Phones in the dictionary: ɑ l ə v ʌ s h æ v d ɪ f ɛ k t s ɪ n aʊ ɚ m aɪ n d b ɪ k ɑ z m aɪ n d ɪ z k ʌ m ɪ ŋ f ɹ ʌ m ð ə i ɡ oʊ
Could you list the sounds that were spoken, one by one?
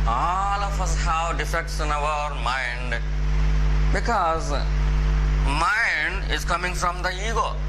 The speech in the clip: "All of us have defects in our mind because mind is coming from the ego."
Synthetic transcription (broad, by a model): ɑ l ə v ʌ s h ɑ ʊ d ɪ f ɛ k t s ɪ n aʊ ɚ m aɪ n d b ɪ k ɑ z m aɪ n d ɪ z k ʌ m ɪ ŋ f ɹ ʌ m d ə i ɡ oʊ